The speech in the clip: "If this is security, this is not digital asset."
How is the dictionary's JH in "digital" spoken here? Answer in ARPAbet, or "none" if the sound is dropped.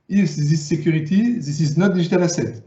ZH